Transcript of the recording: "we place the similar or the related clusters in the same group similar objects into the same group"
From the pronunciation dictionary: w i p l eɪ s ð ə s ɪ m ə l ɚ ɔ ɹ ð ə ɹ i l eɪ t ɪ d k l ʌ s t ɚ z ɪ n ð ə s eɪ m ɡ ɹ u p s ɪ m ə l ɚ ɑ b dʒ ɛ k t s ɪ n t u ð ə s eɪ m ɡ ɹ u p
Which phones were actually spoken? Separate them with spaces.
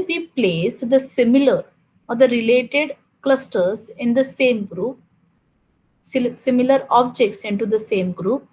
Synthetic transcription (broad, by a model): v i p l eɪ s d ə s ɪ m ə l ɚ ɔ ɹ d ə ɹ i l eɪ t ɪ d k l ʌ s t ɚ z ɪ n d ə s eɪ m ɡ ɹ u p s ɪ m ə l ɚ ɑ b dʒ ɛ k t s ɪ n t u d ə s eɪ m ɡ ɹ u p